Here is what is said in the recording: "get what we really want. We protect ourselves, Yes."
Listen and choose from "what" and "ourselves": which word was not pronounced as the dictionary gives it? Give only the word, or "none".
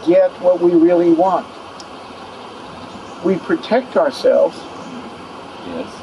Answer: none